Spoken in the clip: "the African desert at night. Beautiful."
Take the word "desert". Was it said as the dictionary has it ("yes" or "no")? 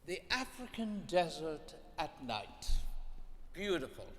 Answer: yes